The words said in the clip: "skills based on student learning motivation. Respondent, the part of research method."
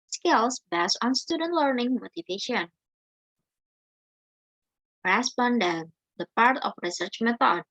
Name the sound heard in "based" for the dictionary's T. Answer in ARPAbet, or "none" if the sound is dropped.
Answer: none